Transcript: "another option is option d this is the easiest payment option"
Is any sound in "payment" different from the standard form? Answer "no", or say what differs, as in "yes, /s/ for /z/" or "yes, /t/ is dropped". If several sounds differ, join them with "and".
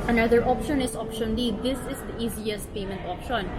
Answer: no